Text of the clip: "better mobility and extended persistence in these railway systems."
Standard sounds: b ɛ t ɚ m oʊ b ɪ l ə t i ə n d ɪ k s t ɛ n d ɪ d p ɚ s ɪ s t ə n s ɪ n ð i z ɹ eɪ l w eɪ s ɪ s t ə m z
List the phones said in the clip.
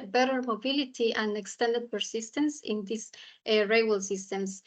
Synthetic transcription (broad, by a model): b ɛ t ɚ m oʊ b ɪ l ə t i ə n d ɪ k s t ɛ n d ɪ d p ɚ s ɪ s t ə n s ɪ n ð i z ɹ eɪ w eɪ s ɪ s t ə m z